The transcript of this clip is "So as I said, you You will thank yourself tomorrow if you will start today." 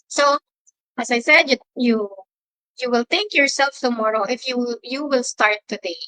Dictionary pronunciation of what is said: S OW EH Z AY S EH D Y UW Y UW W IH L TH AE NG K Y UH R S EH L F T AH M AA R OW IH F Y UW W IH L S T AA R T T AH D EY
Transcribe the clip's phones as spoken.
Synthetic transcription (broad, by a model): S OW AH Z AY S EH D Y UW Y UW W IH L T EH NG K Y UH R S EH L F T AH M AA R OW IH F Y UW W IH L S T AA R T T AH D EY